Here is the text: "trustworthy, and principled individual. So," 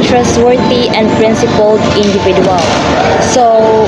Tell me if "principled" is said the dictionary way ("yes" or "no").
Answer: no